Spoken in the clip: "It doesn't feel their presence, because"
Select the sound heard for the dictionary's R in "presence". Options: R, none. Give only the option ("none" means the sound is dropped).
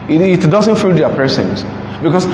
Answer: none